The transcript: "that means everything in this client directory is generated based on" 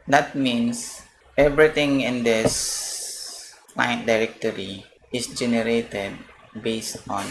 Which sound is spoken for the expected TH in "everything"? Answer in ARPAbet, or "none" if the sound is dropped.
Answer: T